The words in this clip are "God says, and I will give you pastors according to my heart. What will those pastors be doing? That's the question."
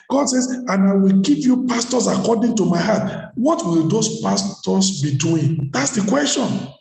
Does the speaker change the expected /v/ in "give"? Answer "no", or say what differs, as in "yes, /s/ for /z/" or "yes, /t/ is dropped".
yes, /p/ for /v/